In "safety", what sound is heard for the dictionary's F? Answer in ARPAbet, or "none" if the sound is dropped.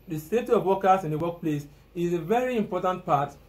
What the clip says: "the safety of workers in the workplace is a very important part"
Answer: none